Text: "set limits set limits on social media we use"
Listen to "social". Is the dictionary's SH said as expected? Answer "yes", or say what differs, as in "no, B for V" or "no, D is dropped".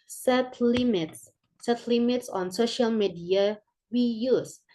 yes